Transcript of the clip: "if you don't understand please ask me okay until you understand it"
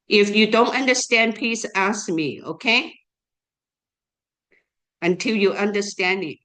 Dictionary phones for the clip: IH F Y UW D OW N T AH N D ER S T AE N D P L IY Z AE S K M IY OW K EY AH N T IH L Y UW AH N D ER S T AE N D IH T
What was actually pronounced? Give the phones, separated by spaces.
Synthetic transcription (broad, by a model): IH F Y UW D OW N T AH N D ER S T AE N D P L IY S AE S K M IY OW K EY AH N T IH L Y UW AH N D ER S T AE N D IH T